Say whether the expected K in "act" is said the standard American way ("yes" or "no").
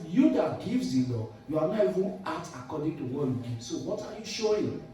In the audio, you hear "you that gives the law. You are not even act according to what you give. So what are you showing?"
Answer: no